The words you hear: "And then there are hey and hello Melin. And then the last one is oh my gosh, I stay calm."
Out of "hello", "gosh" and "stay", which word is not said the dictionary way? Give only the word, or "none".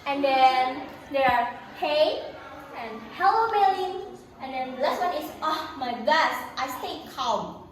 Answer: gosh